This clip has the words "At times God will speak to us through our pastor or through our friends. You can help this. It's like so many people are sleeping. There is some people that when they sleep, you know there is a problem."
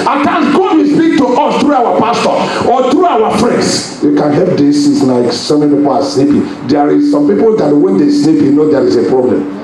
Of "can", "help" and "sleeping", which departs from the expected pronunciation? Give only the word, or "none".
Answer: sleeping